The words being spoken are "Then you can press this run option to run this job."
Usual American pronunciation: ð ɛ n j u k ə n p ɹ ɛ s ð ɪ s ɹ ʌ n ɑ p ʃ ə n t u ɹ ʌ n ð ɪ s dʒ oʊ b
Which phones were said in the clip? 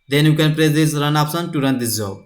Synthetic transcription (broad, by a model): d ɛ n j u k ə n p ɹ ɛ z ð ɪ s ɹ ʌ n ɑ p s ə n t u ɹ ʌ n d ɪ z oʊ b